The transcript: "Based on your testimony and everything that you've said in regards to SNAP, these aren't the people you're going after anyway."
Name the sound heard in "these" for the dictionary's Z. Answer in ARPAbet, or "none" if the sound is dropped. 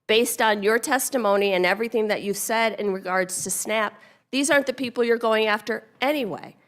Z